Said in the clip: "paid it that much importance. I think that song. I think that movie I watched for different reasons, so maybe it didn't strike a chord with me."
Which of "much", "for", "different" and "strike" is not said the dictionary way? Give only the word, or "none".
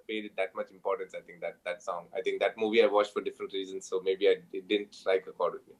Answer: strike